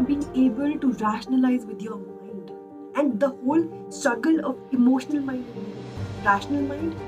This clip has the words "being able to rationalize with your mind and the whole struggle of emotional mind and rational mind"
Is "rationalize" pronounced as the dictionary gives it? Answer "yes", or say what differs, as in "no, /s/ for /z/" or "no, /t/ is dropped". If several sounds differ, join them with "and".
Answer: yes